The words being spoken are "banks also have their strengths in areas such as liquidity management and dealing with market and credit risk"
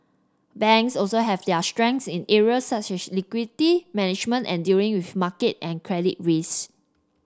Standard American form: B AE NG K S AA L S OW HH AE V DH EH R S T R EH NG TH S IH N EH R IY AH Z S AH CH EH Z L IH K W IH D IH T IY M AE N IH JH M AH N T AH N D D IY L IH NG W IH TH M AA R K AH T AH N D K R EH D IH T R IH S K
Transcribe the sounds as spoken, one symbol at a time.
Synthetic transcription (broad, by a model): B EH NG K S AA L S OW HH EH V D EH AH S T R EH NG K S IH N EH R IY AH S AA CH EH S L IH K W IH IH T IY M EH N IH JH M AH N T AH N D D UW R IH NG W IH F M AA K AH T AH N K R EH D IH T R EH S